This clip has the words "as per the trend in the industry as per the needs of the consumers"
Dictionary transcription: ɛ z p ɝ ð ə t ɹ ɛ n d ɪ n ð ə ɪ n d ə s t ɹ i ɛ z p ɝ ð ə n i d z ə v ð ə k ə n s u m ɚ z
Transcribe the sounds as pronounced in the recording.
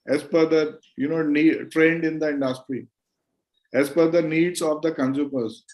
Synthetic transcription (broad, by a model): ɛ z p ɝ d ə t ɹ ɛ n d ɪ n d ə ɪ n d ə s t ɹ i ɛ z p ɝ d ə n i d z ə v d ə k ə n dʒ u m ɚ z